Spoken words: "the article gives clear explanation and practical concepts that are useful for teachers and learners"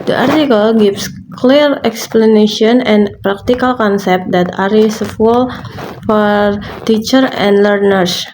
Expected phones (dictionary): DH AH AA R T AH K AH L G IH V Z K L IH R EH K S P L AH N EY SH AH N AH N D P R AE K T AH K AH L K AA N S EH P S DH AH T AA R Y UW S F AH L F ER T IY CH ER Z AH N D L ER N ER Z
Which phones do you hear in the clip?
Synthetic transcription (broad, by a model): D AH AA R T AH K AH L G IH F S K L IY R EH K S P L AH N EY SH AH N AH N P R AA K T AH K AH L K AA N S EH P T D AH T AA R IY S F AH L F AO T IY CH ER AH N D L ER N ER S